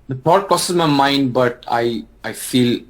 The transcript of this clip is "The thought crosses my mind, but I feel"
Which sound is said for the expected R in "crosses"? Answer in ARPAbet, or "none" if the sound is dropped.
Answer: L